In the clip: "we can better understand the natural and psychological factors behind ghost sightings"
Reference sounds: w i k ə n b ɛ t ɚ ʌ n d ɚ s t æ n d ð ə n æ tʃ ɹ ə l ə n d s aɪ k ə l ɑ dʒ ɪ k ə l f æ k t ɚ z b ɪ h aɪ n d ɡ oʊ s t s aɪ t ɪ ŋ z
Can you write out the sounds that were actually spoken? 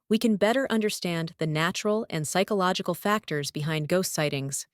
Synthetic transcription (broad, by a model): w i k ə n b ɛ t ɚ ʌ n d ɚ s t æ n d ð ə n æ tʃ ɹ l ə n s aɪ k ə l ɑ dʒ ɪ k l f æ k t ɚ z b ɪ h aɪ n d ɡ oʊ s t s aɪ t ɪ ŋ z